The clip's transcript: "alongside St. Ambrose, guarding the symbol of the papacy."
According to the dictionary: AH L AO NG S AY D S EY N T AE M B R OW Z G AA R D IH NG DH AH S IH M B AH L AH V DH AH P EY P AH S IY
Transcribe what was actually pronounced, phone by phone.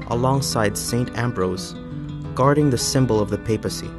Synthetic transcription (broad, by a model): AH L AO NG S AY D S EY N T AE M B R OW Z G AA R D IH NG DH AH S IH M B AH L AH V DH AH P EY P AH S IY